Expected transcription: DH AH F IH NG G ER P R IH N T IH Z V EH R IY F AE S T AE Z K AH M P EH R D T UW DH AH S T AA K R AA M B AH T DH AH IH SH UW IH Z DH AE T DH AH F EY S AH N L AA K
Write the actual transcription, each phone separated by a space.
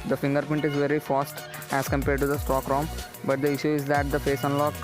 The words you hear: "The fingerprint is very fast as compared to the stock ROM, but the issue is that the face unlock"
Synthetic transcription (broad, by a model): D AH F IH NG G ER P IH N T IH Z V EH R IY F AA S T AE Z K AH M P EH R D T UW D AH S T AA K R AA M B AH T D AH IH SH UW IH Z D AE T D AH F EY S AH N L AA K